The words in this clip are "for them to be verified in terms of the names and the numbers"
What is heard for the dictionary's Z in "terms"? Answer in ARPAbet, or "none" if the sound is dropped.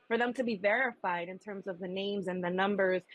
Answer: Z